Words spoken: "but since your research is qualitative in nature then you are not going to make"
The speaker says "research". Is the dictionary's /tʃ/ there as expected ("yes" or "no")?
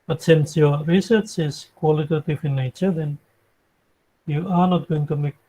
yes